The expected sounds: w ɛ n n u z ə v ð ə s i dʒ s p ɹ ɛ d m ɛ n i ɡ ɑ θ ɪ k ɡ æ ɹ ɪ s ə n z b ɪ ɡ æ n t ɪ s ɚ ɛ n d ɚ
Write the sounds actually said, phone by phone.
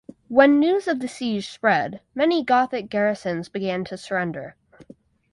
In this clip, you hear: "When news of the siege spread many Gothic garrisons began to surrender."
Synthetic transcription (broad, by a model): w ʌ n n u z ə v ð ə s i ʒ s p ɹ ɛ d m ɛ n i ɡ ɑ θ ɪ k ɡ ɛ ɹ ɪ s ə n z b ɪ ɡ æ n t ɪ s ɚ ɛ n d ɚ